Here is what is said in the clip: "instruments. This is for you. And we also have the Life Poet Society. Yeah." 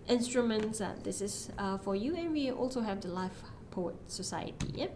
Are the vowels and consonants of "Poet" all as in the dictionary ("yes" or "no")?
yes